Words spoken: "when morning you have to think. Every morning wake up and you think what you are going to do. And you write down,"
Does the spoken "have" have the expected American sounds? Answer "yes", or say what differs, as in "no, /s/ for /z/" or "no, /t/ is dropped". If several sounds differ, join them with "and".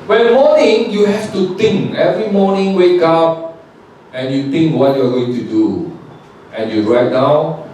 no, /f/ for /v/